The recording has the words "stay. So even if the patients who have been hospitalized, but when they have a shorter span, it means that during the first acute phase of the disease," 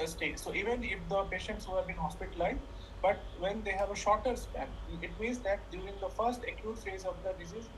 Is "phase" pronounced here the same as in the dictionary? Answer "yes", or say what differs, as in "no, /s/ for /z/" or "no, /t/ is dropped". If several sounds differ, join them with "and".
yes